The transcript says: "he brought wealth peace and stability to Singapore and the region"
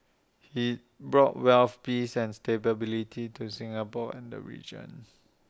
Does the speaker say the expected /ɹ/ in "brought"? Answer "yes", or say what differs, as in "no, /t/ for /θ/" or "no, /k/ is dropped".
yes